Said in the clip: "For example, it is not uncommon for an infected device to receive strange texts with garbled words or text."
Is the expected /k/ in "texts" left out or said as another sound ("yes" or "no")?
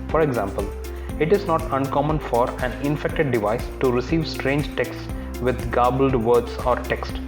no